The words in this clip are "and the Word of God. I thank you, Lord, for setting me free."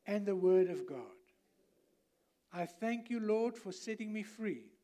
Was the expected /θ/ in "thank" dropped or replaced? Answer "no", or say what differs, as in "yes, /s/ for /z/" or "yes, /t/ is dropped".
no